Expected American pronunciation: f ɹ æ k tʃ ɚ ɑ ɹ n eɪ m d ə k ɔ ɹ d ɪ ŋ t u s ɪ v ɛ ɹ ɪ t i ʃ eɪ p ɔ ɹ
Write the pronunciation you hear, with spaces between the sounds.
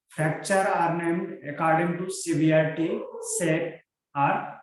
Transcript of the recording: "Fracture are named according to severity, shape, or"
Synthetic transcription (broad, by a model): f ɹ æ k tʃ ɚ ɑ ɹ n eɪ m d ə k ɔ ɹ d ɪ ŋ t u s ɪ b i ɪ t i s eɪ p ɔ ɹ